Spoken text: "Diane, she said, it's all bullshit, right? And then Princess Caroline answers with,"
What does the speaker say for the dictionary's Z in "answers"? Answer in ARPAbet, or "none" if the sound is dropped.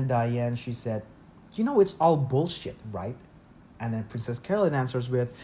Z